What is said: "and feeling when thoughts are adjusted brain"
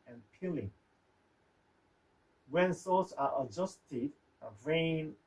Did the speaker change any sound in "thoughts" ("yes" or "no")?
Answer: yes